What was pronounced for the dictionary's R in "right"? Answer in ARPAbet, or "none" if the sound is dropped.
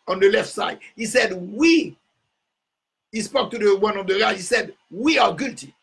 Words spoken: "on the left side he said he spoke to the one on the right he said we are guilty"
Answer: L